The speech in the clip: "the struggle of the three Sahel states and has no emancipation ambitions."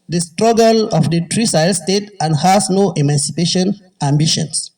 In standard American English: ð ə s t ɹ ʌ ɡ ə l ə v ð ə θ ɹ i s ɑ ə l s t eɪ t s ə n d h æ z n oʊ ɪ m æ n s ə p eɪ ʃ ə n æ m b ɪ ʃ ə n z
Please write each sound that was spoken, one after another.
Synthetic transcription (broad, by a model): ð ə s t ɹ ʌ ɡ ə l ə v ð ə t ɹ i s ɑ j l s t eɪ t ə n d h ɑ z n oʊ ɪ m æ n s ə p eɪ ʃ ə n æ m b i ʃ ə n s